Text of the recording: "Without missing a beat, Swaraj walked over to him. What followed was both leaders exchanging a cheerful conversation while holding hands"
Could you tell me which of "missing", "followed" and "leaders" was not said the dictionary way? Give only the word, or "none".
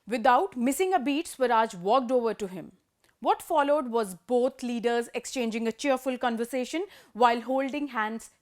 none